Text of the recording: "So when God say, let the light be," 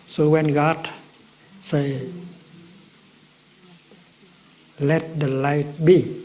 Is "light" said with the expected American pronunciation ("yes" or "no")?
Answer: yes